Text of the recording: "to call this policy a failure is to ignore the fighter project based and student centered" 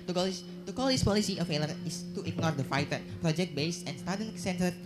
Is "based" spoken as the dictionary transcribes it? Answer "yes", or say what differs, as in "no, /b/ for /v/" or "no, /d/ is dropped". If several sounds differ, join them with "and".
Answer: no, /t/ is dropped